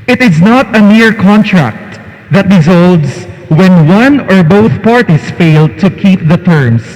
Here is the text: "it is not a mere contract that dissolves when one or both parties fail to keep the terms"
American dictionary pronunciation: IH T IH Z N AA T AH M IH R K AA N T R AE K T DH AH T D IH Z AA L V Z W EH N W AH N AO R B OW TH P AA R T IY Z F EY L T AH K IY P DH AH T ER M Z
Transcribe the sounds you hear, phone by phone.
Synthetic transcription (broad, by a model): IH T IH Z N AA T AH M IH R K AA N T R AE K T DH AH T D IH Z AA L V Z W EH N W AH N AO R B OW TH P AA R T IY S F EY L T AH K IY P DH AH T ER M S